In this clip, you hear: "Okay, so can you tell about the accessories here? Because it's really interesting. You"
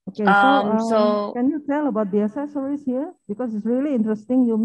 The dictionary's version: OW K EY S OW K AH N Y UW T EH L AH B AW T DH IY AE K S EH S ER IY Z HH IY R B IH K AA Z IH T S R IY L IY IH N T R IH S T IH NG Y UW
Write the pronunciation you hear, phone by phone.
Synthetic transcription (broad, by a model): OW K EY S OW K AH N Y UW T EH L AH B AW T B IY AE S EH S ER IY S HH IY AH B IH K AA S IH T S R IY L IY IH N T R IH S T IH NG Y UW